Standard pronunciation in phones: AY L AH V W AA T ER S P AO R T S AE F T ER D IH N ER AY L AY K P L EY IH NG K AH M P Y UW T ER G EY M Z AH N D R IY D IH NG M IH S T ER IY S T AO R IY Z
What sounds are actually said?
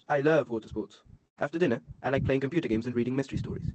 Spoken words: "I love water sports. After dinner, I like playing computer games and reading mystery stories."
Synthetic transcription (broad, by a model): AY L AH V W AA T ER S P AO R T S AE F T ER D IH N ER AY L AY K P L EY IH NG K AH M P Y UW T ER G EY M Z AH N R IY D IH NG M IH S T ER IY S T AO R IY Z